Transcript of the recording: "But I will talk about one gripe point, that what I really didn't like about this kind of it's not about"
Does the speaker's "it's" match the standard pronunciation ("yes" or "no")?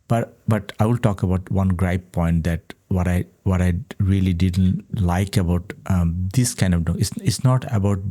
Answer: no